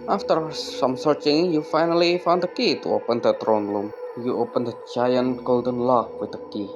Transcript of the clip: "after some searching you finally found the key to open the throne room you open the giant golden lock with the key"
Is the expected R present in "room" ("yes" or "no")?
no